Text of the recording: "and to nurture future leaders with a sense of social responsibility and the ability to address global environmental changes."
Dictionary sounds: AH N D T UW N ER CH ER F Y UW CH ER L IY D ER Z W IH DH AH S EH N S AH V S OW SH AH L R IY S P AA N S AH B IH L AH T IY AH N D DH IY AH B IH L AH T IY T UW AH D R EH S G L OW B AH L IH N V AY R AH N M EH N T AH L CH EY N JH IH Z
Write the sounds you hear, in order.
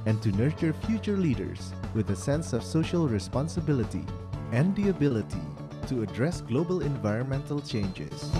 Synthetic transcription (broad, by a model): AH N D T UW N ER CH ER F Y UW CH ER L IY D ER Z W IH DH AH S EH N S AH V S OW SH AH L R IY S P AA N S AH B IH L AH T IY AH N D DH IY AH B IH L AH T IY T UW AH D R EH S G L OW B AH L IH N V AY R AH N M EH N T AH L CH EY N JH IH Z